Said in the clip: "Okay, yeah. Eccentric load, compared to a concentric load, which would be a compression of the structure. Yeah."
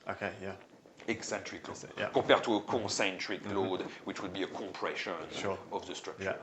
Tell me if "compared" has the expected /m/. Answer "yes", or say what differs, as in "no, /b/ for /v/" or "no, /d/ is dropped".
no, /m/ is dropped